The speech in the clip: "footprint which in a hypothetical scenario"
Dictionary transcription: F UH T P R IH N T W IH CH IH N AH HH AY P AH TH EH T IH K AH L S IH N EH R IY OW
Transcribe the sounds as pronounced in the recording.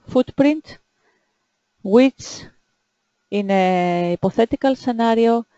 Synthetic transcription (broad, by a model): F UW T P R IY N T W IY S IH N AH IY P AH TH EH T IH K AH L S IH N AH R IY OW